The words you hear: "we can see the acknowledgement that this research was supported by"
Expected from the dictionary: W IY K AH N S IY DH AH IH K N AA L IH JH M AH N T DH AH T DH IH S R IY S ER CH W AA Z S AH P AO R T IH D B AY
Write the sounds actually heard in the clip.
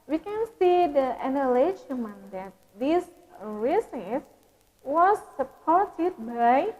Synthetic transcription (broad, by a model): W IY K AH N S IY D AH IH N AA L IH SH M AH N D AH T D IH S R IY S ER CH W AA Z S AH P AO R T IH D B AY